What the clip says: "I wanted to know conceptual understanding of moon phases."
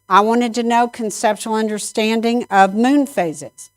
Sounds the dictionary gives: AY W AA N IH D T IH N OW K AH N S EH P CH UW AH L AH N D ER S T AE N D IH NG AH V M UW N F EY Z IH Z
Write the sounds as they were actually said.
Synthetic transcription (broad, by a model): AY W AA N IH D T IH N OW K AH N S EH P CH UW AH L AH N D ER S T AE N D IH NG AH V M UW N F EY Z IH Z